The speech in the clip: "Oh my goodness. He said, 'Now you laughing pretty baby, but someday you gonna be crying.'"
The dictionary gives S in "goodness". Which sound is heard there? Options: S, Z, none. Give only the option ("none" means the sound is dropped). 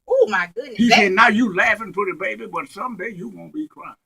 none